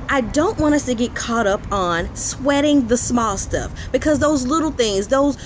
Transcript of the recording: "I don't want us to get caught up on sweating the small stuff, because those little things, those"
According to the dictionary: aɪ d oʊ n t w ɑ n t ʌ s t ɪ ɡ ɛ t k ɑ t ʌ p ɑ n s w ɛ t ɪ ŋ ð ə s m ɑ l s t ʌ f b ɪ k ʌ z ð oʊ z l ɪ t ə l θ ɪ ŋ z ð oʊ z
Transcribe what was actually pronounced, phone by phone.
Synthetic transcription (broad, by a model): aɪ d oʊ n t w ɑ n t ʌ s t ɪ ɡ ɛ t k ɑ t ʌ p n s w ɛ t ɪ ŋ ð ə s m ɑ l s t ʌ f b ɪ k ʌ z ð oʊ z l ɪ t l θ ɪ ŋ z ð oʊ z